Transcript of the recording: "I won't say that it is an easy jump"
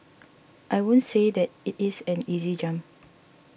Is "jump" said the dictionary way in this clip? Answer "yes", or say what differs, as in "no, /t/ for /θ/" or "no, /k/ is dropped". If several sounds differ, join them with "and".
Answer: no, /p/ is dropped